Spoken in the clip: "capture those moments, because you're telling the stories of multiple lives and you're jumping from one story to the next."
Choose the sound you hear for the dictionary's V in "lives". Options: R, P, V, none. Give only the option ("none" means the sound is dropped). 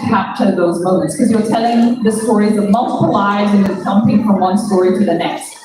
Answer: none